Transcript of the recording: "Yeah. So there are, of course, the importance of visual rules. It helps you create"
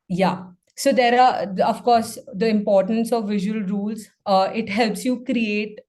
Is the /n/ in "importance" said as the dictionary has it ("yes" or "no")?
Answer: yes